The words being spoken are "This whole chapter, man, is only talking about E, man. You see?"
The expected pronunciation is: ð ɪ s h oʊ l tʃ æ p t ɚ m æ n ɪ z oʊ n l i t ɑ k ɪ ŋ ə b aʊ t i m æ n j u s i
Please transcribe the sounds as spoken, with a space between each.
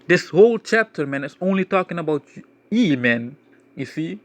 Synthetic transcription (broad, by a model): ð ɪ s h oʊ l tʃ æ p t ɚ m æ n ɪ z oʊ n l i t ɑ k ɪ ŋ ə b aʊ t i m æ n j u s i